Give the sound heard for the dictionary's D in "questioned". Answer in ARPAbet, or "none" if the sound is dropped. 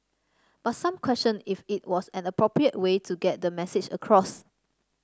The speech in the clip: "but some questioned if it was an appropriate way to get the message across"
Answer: none